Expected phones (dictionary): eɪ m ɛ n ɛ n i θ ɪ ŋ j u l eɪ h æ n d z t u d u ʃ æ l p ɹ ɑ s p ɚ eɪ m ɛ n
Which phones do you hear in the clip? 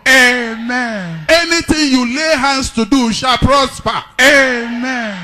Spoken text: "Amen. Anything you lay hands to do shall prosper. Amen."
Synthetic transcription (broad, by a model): eɪ m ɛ n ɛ n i t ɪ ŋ j u l eɪ h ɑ n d s t u d u ʃ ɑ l p ɹ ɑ s p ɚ eɪ m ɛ n